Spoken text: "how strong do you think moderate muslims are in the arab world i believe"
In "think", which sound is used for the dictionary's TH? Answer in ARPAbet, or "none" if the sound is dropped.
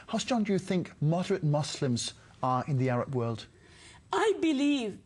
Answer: TH